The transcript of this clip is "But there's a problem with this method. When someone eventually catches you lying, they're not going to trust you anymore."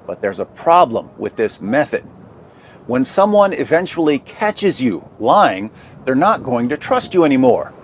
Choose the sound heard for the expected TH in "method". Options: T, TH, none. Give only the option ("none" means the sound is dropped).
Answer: TH